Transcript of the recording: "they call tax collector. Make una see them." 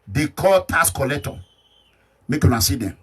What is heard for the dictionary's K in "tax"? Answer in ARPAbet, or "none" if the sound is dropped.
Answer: none